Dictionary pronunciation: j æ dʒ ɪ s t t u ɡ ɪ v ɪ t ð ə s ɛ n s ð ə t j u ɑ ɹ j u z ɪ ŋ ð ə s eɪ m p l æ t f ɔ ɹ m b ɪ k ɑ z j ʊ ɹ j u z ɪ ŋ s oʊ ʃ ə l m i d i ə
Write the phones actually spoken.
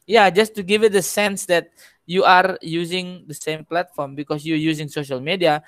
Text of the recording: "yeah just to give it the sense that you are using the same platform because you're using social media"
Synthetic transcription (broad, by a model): j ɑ dʒ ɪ s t t u ɡ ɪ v ɪ t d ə s ɛ n s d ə t j u ɑ ɹ j u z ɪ ŋ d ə s eɪ m p l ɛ t f ɔ ɹ m b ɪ k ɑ s j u j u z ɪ ŋ s oʊ ʃ ə l m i d i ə